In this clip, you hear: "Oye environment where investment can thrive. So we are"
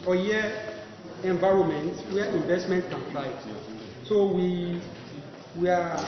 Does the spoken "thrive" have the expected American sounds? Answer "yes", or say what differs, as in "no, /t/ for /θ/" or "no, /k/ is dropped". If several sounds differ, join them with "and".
no, /f/ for /θ/